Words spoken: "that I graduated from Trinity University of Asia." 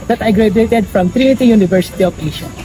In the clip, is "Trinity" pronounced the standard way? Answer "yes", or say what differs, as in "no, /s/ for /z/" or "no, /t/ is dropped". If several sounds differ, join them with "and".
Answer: no, /n/ is dropped